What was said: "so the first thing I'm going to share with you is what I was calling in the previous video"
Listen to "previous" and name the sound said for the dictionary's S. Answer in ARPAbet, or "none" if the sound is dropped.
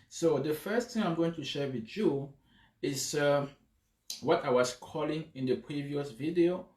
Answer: S